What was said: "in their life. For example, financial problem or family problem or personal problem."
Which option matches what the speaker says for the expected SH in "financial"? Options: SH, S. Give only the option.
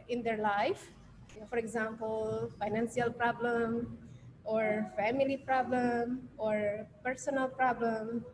S